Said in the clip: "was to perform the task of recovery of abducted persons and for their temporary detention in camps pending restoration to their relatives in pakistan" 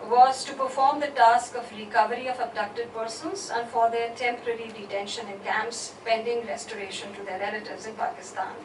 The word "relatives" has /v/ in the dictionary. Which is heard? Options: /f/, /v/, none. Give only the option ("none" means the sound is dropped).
/v/